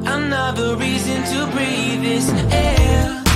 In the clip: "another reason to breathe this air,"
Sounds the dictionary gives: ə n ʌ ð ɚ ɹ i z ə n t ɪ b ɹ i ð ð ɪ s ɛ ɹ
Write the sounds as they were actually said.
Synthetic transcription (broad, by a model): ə n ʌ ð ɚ ɹ i z ə n t ɪ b ɹ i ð ð ɪ s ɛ